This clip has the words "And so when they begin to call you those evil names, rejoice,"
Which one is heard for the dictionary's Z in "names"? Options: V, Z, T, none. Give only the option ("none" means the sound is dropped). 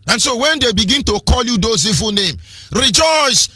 none